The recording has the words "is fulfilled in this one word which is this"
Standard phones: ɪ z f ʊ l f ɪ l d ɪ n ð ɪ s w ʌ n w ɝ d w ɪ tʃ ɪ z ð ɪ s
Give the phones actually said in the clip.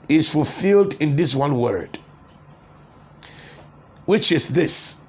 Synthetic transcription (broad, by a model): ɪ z f ʊ l f ɪ l d ɪ n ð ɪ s w ʌ n w ɝ d w ɪ tʃ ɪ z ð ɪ s